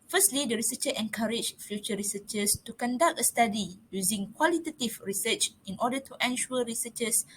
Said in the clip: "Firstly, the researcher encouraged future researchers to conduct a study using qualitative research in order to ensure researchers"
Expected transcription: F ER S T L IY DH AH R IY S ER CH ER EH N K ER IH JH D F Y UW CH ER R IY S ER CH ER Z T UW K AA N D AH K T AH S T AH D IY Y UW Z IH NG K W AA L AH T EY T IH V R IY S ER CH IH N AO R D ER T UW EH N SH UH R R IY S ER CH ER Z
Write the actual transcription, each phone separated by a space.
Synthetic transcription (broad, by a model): F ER S T L IY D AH R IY S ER CH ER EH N K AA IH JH F Y UW CH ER R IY S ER CH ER S T UW K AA N D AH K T AH S T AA D IY Y UW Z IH NG K W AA L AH T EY T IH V R IY S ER CH IH N AO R D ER T UW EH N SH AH L R IY S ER CH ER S